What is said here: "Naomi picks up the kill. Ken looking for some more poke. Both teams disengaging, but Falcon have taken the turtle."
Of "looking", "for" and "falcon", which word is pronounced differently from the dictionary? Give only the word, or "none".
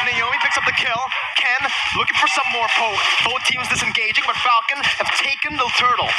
none